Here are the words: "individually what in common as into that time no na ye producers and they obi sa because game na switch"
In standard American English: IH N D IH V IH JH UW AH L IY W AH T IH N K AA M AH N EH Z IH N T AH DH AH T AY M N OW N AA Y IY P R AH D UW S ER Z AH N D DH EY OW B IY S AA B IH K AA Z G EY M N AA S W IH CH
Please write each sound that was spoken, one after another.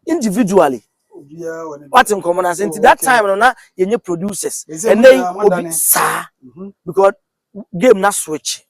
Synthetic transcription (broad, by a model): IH N D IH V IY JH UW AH L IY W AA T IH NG K AA M AH N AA S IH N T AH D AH T AY M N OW N AA Y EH P R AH D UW S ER S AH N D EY OW B IY S AA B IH K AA S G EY M N AA S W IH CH